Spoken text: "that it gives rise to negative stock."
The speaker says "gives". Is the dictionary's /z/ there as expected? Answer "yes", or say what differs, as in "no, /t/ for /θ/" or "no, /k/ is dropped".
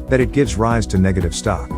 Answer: yes